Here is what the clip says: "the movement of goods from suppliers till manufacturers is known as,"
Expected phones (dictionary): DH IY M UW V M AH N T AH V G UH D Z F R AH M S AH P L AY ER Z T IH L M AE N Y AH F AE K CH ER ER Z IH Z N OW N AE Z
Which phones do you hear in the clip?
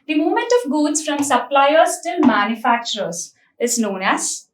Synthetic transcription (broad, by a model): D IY M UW M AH N T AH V G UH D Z F R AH M S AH P L AY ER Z T IH L M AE N Y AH F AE K CH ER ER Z IH Z N OW N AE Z